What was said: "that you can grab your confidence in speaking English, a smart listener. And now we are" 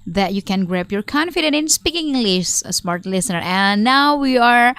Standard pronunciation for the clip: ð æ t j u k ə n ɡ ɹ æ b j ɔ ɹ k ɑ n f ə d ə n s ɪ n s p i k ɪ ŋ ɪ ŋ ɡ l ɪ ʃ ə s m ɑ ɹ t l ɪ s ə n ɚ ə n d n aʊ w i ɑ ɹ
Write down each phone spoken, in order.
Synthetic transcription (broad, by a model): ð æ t j u k ə n ɡ ɹ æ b j ɔ ɹ k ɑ n f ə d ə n ɪ n s p i k ɪ ŋ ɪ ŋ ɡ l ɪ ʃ ə s m ɑ ɹ t l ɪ s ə n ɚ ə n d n aʊ w i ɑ ɹ